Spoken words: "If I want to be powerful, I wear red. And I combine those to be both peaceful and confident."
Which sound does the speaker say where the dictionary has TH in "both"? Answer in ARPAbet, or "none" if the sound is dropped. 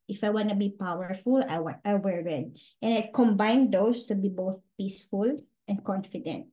TH